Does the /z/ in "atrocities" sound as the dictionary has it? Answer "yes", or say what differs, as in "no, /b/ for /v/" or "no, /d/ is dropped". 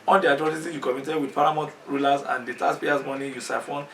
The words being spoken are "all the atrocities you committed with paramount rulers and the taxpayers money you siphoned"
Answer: no, /z/ is dropped